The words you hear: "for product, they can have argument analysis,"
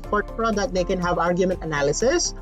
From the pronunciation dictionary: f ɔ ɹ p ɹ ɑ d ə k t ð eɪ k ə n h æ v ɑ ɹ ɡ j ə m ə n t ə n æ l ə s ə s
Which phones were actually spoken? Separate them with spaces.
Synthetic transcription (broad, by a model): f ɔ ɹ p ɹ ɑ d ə t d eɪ k ə n h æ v ɑ ɹ ɡ j ə m ə n t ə n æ l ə s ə s